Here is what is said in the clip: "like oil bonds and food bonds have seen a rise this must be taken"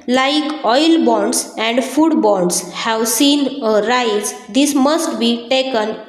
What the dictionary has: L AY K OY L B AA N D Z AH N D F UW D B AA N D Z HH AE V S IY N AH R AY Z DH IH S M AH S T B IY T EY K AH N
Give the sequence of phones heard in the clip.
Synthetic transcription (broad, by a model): L AY K OY L B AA N D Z AH N D F UW D B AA N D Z HH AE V S IY N AH R AY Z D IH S M AH S T B IY T EY K AH N